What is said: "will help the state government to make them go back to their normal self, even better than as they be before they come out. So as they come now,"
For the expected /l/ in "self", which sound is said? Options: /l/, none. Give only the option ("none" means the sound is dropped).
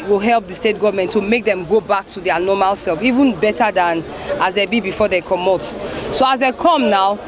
/l/